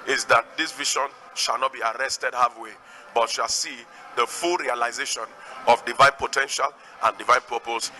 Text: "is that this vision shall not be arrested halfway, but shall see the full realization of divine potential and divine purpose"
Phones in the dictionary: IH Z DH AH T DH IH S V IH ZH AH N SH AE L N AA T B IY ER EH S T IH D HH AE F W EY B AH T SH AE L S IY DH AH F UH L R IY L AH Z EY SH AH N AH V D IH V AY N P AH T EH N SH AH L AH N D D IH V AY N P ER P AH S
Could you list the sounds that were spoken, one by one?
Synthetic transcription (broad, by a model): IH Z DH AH T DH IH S V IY SH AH N SH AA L N AA T B IY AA EH S T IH D HH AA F W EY B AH T SH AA L S IY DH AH F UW L R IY L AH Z EY SH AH N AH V D IH V AY N P AH T EH N SH AH L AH N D D IH V AY N P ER P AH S